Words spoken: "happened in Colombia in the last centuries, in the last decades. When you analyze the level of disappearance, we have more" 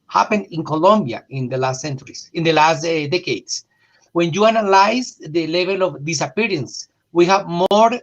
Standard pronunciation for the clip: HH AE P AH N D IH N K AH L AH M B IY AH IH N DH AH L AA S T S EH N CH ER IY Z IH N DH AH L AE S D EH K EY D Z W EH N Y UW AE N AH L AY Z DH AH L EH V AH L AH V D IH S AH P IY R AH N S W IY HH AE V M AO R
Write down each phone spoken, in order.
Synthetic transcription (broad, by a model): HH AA P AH N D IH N K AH L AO M B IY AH IH N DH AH L AA S T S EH N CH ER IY S IH N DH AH L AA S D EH K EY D S W EH N Y UW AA N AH L AY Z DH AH L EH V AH L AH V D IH S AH P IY R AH N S W IY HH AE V M AO R